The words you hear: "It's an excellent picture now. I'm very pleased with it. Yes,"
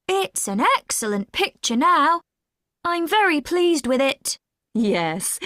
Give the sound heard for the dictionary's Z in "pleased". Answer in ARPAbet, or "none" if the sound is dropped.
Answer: Z